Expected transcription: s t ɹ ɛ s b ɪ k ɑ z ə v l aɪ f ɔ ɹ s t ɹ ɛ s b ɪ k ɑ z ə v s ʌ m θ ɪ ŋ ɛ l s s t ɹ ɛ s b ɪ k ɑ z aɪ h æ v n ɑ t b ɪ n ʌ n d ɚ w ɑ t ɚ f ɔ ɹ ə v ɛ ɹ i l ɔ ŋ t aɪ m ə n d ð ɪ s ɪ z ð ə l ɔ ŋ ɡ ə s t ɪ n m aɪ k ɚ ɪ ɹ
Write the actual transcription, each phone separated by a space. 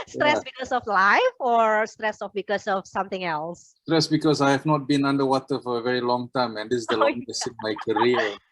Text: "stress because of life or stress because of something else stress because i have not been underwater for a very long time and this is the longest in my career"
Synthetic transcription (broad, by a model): s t ɹ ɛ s b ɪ k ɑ s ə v l aɪ f ɔ ɹ s t ɹ ɛ s b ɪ k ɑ s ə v s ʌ m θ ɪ ŋ ɛ l s s t ɹ ɛ s b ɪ k ɑ s aɪ h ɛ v n ɑ t b ɪ n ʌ n d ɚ w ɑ t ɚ f ɔ ɹ ə v ɛ ɹ i l ɔ ŋ t aɪ m ə n d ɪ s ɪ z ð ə l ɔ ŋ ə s ɪ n m aɪ k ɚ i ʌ